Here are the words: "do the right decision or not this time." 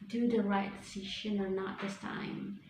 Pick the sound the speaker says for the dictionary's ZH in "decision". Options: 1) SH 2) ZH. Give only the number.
1